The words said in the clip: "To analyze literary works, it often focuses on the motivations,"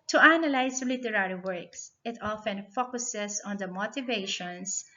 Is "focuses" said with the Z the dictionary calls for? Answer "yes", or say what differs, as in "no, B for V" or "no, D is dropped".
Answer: no, S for Z